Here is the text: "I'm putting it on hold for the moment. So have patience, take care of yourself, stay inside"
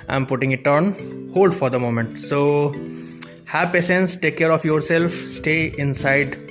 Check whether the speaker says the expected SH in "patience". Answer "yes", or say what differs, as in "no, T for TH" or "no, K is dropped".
no, S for SH